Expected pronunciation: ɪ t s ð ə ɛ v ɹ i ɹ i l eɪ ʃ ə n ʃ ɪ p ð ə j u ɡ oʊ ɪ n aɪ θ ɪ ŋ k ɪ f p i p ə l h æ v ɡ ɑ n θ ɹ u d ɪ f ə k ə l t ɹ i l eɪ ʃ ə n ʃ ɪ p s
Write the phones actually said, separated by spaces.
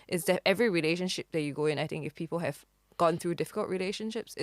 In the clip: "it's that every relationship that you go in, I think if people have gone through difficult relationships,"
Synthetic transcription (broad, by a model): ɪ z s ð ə ɛ v ɹ i ɹ i l eɪ ʃ ə n ʃ ɪ p ð ə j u ɡ oʊ ɪ n aɪ θ ɪ ŋ k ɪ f p i p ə l h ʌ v ɡ ɑ n θ ɹ u d ɪ f ə k ə l t ɹ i l eɪ ʃ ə n ʃ ɪ p s